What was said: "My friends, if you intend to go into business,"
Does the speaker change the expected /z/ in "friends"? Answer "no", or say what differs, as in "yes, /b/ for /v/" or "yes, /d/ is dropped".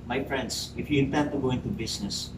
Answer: yes, /s/ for /z/